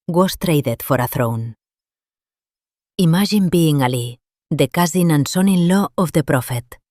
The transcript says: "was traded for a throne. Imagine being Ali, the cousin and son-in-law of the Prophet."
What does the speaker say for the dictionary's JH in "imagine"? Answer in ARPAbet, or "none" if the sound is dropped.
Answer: ZH